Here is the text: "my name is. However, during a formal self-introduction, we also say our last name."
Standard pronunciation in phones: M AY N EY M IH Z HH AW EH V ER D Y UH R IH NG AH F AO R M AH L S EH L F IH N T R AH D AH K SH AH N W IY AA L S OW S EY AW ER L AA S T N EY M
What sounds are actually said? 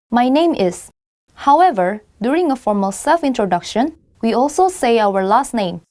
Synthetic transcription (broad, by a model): M AY N EY M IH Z HH AW EH V ER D Y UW R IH NG AH F AO R M AH L S EH L F IH N T R AH D AH K SH AH N W IY AA L S OW S EY AW ER L AA S T N EY M